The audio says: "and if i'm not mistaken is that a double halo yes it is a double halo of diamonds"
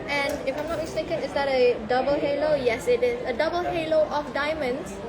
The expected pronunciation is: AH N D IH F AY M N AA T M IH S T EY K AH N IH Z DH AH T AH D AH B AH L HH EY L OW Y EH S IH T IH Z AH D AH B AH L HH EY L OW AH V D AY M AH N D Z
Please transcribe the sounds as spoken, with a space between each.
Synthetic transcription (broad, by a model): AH N IH F AY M N AA T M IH S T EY K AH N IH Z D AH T AH D AH B AH L HH EY L OW Y EH S IH T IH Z AH D AH B AH L HH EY L OW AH F D AY M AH N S